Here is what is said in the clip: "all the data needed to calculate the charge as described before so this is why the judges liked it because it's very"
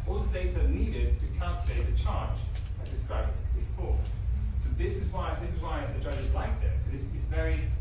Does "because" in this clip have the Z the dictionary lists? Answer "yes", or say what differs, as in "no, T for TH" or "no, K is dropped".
no, S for Z